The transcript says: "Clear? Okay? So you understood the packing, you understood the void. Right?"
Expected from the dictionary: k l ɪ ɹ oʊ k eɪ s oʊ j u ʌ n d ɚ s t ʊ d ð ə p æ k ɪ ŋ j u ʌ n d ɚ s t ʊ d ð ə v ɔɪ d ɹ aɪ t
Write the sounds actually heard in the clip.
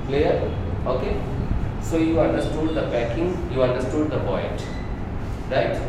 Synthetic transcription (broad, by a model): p l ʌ ɹ oʊ k eɪ s oʊ j u ʌ n d ɚ s t ʊ d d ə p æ k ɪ ŋ j u ʌ n d ɚ s t ʊ d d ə p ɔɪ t ɹ aɪ t